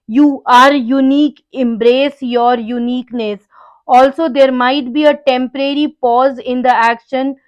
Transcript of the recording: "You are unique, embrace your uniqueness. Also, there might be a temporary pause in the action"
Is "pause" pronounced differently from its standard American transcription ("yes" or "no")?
no